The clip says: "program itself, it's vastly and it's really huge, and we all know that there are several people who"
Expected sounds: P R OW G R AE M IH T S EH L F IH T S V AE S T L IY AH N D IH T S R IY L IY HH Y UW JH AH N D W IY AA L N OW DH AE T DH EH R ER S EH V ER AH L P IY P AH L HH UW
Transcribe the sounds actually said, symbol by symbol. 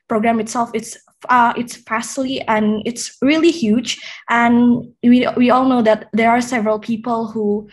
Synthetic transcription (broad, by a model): P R OW G R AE M IH T S EH L F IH T S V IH S S L IY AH N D IH T S R IY L IY HH Y UW JH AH N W W IY AA L N OW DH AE T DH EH R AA S EH V ER AH L P IY P AH L HH UW